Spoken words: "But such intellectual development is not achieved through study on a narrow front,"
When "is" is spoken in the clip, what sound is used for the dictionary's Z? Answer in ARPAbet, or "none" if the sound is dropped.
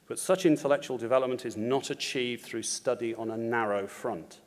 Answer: Z